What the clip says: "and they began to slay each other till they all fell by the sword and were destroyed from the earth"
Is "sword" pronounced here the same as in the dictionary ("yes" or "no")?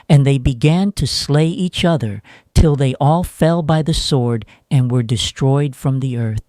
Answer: yes